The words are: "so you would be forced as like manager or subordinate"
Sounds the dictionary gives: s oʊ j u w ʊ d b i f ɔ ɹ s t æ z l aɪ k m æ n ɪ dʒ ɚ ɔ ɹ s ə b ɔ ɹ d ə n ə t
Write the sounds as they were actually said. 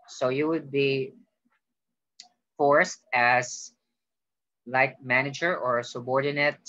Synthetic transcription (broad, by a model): s oʊ j u w ʊ d b i f ɔ ɹ s t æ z l aɪ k m æ n ɪ dʒ ɚ ɔ ɹ s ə b ɔ ɹ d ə n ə t